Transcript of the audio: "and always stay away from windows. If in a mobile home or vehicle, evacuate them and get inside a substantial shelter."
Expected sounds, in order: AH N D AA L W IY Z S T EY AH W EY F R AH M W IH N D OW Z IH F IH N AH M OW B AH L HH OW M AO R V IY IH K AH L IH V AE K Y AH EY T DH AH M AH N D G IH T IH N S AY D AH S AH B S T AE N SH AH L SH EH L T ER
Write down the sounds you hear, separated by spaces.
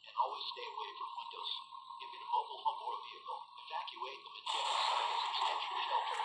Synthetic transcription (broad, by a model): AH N AA L W IY Z S T EY AH W EY F R AH M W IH N D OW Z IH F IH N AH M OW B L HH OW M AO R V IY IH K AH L IH V AE K Y AH EY T DH AH M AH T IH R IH L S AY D AH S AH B S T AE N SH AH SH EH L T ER